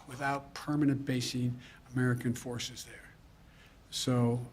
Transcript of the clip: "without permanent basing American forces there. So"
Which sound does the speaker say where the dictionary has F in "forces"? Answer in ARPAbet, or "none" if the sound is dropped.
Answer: F